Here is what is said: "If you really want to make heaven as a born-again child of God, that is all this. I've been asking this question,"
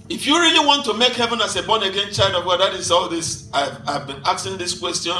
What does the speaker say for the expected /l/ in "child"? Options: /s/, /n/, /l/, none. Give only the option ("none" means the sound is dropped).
/l/